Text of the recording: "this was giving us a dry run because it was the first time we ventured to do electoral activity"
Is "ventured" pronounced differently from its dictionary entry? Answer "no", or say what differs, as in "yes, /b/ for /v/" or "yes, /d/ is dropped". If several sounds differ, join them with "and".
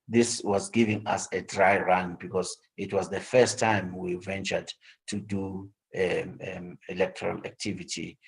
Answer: no